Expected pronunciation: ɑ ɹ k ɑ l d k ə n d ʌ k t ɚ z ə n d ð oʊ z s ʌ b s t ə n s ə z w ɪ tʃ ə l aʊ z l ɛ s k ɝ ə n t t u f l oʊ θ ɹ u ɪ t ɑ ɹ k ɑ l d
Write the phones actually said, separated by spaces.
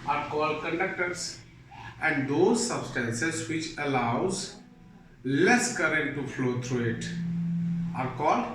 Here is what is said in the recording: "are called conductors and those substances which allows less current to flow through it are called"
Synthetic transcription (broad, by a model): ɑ ɹ k ɑ l d k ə n d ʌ k t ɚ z ə n d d oʊ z s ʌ b s t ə n s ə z w ɪ tʃ ə l aʊ z l ɛ s k ɝ ə n t t u f l oʊ t ɹ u ɪ t ɑ ɹ k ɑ l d